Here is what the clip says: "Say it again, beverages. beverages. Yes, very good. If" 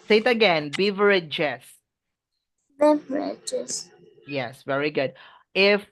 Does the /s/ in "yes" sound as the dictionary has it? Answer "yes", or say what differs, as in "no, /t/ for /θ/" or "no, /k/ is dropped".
yes